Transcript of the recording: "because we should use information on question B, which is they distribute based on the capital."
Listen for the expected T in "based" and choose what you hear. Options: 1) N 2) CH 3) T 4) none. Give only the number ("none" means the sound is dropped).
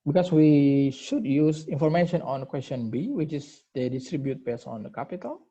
4